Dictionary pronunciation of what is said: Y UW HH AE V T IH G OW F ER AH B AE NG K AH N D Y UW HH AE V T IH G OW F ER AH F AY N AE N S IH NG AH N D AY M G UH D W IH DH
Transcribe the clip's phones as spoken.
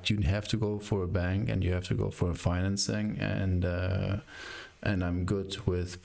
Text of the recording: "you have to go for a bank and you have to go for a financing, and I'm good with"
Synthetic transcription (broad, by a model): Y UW HH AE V T IH G OW F ER AH B AE NG K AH N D Y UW HH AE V T IH G OW F ER AH F AY N AE N S IH NG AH N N AY M G UH D W IH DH